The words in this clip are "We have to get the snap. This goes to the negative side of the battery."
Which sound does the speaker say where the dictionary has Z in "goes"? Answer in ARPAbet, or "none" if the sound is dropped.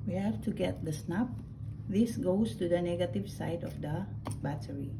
S